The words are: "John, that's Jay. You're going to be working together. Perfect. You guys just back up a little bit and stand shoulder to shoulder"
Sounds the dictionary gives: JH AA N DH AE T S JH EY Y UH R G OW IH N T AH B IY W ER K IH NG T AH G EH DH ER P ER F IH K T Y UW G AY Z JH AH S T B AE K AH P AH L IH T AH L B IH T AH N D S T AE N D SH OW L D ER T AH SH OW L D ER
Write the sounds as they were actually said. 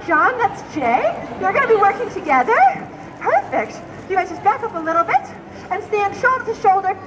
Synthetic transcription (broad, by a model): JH AA N DH AE T S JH EY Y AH R G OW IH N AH B IY W ER K IH NG T AH G EH DH ER P ER F IH K T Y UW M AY JH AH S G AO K AH P AH L IH T L B IH T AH N S T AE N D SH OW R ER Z SH OW L D ER